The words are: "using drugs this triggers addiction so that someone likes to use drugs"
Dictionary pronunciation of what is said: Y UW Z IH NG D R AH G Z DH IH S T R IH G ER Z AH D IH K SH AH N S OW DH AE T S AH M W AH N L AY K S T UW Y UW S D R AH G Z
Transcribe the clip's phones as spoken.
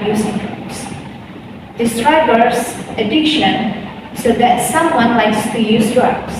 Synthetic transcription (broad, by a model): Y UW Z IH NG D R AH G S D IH S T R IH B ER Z AH D IH K SH AH N S OW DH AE T S AH M W AH N L AY K S T UW Y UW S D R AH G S